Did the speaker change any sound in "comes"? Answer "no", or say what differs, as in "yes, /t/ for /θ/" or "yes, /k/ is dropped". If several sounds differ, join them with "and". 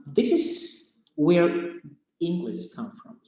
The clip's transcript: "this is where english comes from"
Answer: yes, /z/ is dropped